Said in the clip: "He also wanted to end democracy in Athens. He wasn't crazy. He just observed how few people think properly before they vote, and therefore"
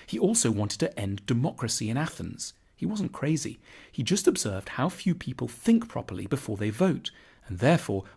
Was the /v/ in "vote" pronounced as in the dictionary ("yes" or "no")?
yes